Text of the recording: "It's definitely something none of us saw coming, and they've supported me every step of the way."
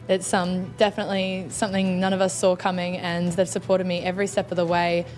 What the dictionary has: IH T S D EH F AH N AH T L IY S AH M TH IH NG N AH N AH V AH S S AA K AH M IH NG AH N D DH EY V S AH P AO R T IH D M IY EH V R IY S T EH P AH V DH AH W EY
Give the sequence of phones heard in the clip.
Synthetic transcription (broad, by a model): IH T S D EH F AH N AH T L IY S AH M TH IH NG N AH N AH V AH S S AA K AH M IH NG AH N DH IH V S AH P AO R T IH D M IY EH V R IY S T EH P AH V DH AH W EY